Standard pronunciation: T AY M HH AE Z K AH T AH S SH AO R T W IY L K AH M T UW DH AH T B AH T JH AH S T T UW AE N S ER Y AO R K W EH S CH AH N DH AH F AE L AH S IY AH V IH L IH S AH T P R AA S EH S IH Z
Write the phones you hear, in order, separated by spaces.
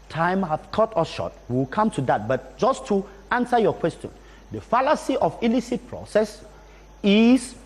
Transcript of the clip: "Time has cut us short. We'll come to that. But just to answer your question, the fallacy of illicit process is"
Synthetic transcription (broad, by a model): T AY M HH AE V K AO T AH S SH AO T W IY W K AH M T UW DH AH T B AH T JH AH S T T UW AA N S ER Y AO K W EH S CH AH N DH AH F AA L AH S IY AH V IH L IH S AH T P R AA S EH S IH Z